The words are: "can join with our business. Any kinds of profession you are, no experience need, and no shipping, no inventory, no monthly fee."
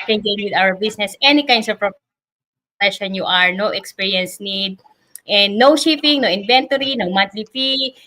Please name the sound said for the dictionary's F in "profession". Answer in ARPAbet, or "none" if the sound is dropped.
P